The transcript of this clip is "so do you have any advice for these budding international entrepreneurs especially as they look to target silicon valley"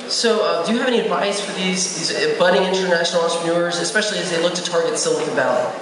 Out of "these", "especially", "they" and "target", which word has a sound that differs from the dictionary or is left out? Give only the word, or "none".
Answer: none